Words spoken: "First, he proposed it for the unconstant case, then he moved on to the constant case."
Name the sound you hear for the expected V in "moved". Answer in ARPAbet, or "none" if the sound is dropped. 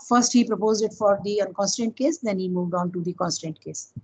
V